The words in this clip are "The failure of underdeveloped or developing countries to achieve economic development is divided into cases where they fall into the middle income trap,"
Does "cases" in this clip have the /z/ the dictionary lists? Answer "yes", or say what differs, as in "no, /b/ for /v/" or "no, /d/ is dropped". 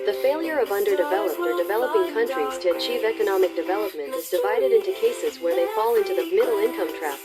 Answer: yes